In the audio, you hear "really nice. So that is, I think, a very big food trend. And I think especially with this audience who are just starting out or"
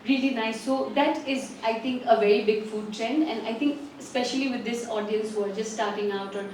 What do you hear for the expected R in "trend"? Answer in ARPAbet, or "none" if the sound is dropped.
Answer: R